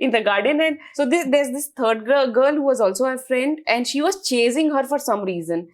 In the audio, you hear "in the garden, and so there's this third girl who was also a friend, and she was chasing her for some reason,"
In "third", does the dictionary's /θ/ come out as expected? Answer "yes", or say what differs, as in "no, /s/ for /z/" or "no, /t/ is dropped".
no, /t/ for /θ/